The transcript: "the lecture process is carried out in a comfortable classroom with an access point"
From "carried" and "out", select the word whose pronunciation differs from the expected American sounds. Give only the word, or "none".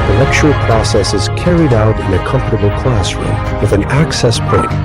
none